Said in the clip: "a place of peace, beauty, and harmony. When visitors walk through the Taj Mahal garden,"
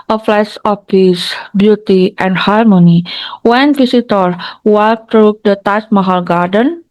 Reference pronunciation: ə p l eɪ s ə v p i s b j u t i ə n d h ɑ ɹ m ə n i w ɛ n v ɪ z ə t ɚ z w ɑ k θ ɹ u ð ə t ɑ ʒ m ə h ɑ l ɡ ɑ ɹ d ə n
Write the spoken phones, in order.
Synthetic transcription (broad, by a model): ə f l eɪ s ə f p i s b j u t i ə n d h ɑ ɹ m ə n i w ɛ n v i s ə t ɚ w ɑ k t ɹ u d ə t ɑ s m ə h ɑ l ɡ ɑ ɹ d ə n